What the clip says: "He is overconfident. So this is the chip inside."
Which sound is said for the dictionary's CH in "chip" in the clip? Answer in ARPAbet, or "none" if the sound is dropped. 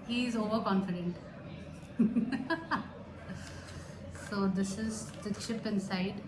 SH